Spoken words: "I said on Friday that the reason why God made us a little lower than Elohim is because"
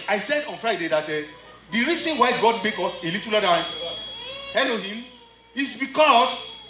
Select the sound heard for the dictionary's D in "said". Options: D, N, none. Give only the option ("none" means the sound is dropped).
D